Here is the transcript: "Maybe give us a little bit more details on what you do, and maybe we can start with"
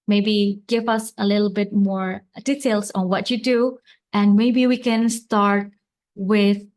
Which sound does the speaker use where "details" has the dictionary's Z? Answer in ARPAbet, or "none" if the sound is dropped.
S